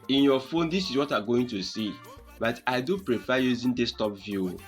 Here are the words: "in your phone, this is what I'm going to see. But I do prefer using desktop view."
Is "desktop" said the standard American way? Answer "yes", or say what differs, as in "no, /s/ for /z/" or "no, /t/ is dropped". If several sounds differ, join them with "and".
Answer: no, /k/ is dropped